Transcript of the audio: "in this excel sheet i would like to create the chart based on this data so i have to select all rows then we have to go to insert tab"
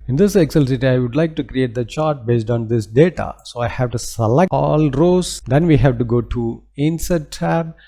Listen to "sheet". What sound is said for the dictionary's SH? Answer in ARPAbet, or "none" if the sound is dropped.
S